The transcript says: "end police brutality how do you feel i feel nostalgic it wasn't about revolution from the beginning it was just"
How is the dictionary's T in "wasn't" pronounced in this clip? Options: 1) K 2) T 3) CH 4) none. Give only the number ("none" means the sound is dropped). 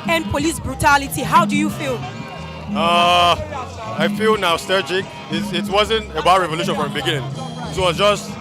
2